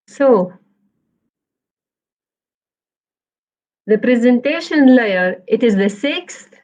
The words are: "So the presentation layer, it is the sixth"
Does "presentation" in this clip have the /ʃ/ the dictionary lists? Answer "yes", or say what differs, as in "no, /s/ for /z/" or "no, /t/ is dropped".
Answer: yes